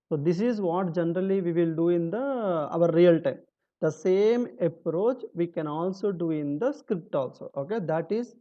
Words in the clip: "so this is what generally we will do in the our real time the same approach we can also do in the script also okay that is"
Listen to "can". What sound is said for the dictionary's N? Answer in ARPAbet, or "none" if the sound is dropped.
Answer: N